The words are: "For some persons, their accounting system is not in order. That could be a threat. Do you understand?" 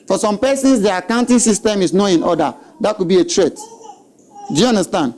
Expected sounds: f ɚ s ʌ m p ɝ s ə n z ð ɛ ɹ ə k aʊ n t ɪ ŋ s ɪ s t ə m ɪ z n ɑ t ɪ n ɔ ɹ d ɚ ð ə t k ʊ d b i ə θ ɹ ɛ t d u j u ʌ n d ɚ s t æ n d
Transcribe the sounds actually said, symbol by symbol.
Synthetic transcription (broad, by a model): f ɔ s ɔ m p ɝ s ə n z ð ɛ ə k aʊ n t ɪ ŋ s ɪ s t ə m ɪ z n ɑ ɪ n ɔ d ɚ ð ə t k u d b i ə t ɹ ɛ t d u j u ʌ n d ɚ s t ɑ n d